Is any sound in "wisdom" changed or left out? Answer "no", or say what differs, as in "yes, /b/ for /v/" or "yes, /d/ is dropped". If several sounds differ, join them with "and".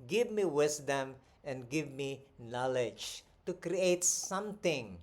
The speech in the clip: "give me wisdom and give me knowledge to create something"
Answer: yes, /s/ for /z/